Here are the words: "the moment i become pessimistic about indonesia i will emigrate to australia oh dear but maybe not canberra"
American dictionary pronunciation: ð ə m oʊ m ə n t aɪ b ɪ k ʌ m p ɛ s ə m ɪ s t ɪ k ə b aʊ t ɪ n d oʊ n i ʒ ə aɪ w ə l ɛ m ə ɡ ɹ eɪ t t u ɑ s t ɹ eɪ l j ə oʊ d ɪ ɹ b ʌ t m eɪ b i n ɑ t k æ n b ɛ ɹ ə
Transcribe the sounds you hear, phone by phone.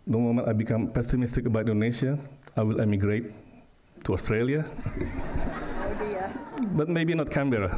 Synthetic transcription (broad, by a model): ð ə m oʊ m ə n t aɪ b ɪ k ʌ m p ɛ s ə m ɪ s t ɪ k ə b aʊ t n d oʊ n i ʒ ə aɪ w ə l ɛ m ə ɡ ɹ eɪ t t u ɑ s t ɹ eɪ l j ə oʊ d b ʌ t m eɪ b i n ɑ t k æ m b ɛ ɹ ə